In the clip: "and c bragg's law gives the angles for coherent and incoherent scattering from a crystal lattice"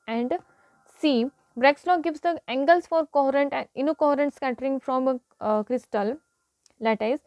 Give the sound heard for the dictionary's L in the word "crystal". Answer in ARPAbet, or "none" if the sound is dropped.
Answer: L